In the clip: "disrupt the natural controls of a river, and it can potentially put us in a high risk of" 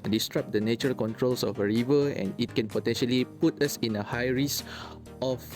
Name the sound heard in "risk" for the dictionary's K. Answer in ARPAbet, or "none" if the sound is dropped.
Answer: none